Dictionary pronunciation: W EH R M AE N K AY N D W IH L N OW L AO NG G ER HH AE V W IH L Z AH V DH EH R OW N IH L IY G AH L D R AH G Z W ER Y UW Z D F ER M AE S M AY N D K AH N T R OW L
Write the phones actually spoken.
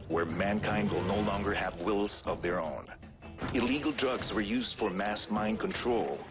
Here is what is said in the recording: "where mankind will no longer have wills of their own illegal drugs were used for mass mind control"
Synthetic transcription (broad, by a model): W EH R M AE N K AY N D W IH L N OW L AO NG G ER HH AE V W IH L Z AH V DH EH R OW N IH L IY G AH L D R AH G Z W ER Y UW Z D F ER M AE S M AY N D K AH N T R OW L